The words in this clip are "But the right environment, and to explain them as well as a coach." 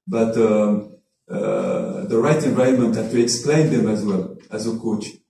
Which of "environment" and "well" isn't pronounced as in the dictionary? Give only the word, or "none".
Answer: environment